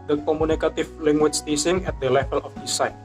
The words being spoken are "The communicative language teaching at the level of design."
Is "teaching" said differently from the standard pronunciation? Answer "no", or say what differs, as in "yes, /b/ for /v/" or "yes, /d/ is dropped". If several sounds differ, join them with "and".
yes, /s/ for /tʃ/